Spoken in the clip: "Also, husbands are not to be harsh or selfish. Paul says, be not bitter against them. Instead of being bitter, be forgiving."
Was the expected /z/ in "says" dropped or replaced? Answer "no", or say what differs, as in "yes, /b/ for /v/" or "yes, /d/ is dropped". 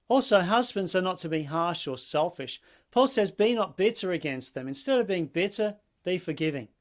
no